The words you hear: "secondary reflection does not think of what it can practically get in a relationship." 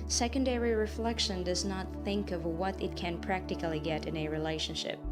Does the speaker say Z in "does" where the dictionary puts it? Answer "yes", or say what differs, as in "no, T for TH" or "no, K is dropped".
yes